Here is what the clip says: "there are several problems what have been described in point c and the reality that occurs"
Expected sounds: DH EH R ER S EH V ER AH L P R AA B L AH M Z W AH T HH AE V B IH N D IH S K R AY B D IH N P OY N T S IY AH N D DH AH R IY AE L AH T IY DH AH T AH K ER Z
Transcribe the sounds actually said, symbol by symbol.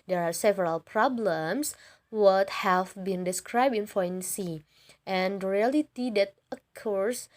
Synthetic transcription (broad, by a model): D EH R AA S EH V ER AH L P R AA B L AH M S W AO T HH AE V B IH N D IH S K R AY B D IH N F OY N S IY AH N D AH R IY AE L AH T IY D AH T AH K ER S